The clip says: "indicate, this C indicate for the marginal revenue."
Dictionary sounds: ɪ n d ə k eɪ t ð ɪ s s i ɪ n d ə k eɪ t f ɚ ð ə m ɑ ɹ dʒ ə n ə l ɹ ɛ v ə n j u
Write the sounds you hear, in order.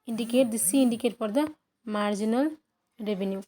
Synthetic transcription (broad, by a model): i n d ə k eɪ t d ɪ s s i n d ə k eɪ t p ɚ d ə m ɑ ɹ dʒ ə n ə l ɹ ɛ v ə n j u